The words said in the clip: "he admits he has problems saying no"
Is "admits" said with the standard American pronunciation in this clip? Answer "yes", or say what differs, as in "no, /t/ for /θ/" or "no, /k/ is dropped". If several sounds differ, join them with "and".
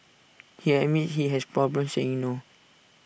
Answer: no, /s/ is dropped